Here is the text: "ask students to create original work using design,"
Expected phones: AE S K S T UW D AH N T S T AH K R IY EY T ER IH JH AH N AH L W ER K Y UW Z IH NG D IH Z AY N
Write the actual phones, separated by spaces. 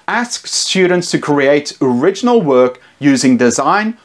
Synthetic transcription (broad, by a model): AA S K S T UW D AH N T S T AH K R IY EY T ER IH JH AH N AH L W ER K Y UW Z IH NG D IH Z AY N